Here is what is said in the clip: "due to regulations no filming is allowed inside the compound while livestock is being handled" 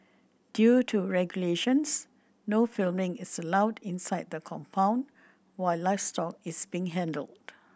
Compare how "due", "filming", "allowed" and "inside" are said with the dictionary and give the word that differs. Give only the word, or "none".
none